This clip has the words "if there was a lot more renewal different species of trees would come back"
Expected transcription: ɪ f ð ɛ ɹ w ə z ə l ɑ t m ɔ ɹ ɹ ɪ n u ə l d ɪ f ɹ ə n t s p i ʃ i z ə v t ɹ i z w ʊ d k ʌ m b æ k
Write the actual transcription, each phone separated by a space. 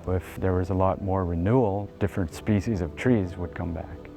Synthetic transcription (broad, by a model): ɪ f ð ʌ ɹ w ə z ə l ɑ t m ɔ ɹ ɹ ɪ n u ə l d ɪ f ɹ ə n t s p i ʃ i z ə v t ɹ i z w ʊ d k ʌ m b æ k